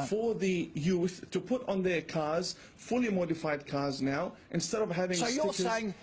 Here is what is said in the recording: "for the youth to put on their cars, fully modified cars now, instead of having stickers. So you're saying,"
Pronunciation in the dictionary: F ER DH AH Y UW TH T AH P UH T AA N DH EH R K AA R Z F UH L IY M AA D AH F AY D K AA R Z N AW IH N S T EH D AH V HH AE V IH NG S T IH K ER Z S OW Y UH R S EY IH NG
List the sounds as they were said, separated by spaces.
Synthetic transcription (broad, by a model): F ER DH AH Y UW TH T AH P UH T N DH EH R K AA R Z F UH L IY M AA D AH F AY D K AA R Z N AW IH N S T EH D AH V HH AE V IH NG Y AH ER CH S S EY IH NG